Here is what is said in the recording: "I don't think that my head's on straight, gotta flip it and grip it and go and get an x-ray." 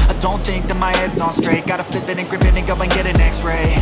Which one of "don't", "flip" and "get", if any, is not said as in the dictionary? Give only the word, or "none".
flip